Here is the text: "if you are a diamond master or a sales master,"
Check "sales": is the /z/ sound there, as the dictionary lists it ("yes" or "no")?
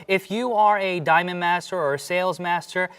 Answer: yes